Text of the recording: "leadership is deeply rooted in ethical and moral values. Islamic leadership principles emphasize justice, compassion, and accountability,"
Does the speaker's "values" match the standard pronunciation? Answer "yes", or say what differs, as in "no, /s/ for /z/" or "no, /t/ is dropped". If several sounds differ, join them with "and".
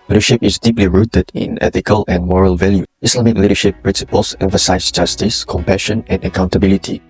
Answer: no, /z/ is dropped